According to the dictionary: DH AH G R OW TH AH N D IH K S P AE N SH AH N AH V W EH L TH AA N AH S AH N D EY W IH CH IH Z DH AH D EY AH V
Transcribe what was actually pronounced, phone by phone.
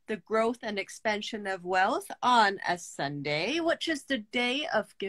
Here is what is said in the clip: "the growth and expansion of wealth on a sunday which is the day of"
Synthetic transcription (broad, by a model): DH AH G R OW TH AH N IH K S P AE N SH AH N AH V W EH L TH N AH S AH N D EY W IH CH IH Z DH AH D EY AH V